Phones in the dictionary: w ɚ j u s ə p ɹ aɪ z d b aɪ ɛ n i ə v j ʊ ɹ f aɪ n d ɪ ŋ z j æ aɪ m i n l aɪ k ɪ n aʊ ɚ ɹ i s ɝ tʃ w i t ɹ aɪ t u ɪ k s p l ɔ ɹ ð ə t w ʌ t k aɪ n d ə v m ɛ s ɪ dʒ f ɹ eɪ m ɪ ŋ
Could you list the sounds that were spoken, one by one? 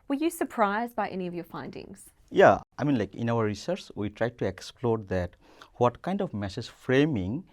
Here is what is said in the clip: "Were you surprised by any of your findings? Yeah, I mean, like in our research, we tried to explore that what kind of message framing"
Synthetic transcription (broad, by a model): w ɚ j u s ə p ɹ aɪ z d b aɪ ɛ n i ə v j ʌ ɹ f aɪ n d ɪ ŋ z j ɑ aɪ m i n l aɪ k ɪ n aʊ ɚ ɹ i s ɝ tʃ w i t ɹ aɪ t u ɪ k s p l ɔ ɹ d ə t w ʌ t k aɪ n d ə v m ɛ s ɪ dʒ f ɹ eɪ m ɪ ŋ